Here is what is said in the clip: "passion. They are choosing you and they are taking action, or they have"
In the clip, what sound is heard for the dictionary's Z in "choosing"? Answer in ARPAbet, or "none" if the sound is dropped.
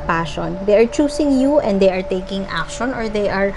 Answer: S